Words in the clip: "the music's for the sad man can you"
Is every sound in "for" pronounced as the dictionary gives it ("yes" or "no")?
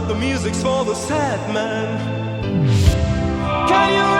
no